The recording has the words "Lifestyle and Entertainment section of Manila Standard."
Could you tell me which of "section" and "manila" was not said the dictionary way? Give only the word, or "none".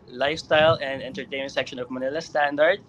none